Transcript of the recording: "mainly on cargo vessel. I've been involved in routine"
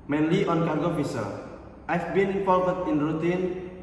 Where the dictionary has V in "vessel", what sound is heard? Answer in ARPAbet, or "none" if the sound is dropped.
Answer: F